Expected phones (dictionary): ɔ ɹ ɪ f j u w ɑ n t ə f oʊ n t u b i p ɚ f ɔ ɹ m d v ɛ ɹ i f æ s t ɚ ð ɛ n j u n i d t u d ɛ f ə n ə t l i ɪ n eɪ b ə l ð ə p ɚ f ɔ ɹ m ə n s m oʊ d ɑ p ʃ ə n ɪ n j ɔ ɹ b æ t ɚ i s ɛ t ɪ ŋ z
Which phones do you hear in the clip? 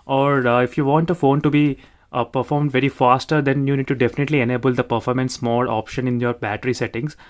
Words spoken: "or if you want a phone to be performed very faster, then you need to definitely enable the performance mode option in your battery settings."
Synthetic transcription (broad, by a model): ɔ ɹ ɪ f j u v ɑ n t ə f oʊ n t u b i p ɚ f ɔ ɹ m d v ɛ ɹ i f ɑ s t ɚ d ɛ n j u n i d t u d ɛ f ə n ə t l i ɪ n eɪ b ə l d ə p ɚ f ɔ ɹ m ə n s m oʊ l ɑ p ʃ ə n ɪ n j ɔ ɹ b æ t ɚ i s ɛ t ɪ ŋ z